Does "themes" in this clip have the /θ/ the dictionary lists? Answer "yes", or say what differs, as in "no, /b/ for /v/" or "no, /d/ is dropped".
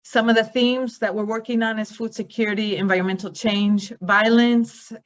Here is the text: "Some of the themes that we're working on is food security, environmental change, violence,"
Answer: yes